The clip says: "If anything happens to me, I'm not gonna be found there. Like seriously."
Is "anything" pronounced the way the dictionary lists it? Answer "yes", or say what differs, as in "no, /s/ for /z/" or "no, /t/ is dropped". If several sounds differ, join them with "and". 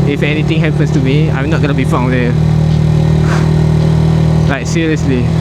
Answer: no, /t/ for /θ/